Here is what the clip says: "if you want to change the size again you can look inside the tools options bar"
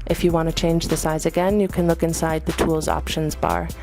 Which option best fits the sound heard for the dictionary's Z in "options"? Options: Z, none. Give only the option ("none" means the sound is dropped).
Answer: Z